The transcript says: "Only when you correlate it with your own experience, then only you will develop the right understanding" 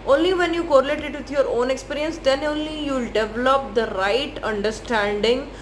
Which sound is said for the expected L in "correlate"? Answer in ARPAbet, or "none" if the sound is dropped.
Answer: L